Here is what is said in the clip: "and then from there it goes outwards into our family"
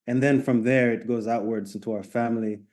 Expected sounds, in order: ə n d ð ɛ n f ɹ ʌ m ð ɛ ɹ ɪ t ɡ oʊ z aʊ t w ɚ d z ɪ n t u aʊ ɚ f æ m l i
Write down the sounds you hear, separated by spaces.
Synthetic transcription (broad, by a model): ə n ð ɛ n f ɹ ʌ m ð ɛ ɹ ɪ t ɡ oʊ z aʊ t w ɚ d z ɪ n t u aʊ ɚ f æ m l i